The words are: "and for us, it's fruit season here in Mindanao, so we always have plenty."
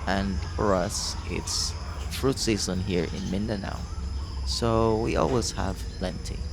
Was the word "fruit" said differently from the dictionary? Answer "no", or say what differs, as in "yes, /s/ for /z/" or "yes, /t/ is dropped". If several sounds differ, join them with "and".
no